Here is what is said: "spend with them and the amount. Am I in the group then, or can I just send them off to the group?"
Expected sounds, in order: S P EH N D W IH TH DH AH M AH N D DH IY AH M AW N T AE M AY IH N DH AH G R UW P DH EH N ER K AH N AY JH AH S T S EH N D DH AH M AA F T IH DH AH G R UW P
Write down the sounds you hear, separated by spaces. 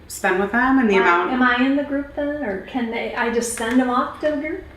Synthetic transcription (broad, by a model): S P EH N W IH DH AH M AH N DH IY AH UH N IH M AY IH N DH AH G R UW P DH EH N ER K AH N AY JH AH S T S EH N D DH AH M AA F T IH DH AH G R UW P